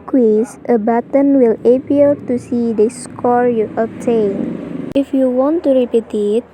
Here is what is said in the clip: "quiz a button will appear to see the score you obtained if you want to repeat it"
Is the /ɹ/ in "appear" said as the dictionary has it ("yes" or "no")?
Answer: no